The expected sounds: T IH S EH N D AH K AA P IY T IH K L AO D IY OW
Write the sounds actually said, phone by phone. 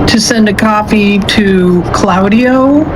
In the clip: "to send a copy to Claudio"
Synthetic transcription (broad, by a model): T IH S EH N D AH K AA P IY T IH K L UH D IY OW